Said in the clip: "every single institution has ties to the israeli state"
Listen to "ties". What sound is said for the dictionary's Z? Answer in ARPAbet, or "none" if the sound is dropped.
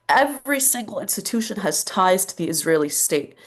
Z